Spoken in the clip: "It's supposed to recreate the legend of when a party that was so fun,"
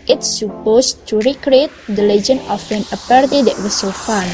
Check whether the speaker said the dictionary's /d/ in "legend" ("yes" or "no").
no